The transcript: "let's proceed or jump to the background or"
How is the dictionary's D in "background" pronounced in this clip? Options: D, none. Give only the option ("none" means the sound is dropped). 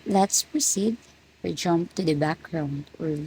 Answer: D